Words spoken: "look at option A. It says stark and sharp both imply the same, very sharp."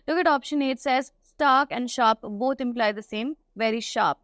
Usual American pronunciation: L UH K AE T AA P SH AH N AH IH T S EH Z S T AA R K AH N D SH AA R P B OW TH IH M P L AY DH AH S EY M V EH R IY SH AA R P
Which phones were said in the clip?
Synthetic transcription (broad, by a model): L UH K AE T AA P SH AH N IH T S EH Z S T AA K AH N D SH AA P B OW T IH M P L AY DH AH S EY M V EH R IY SH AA P